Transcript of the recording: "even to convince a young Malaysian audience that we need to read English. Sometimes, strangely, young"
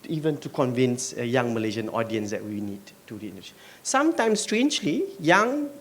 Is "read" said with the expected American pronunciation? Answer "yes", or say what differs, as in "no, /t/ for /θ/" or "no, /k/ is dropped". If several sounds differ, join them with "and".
no, /d/ is dropped